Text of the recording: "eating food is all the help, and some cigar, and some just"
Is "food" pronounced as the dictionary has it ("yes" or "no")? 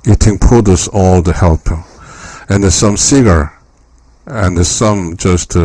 no